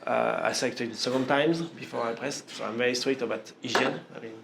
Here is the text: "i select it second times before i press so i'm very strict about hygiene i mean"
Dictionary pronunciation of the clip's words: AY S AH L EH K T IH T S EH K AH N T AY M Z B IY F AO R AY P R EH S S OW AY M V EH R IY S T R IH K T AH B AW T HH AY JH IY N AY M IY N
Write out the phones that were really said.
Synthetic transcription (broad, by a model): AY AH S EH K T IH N S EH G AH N T AY M Z B IY F AO R AY P R EH S S OW AY M V EH R IY S T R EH T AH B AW T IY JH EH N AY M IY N